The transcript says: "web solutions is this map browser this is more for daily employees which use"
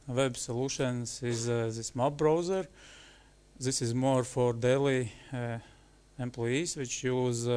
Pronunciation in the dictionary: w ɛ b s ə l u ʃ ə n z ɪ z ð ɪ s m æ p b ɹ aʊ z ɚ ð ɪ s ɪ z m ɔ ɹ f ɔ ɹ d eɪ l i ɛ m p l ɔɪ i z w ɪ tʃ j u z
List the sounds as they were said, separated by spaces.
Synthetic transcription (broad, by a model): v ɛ b s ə l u ʃ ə n s ɪ z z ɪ s m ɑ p b ɹ aʊ z ɚ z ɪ s ɪ z m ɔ ɹ f ɔ ɹ d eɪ l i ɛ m p l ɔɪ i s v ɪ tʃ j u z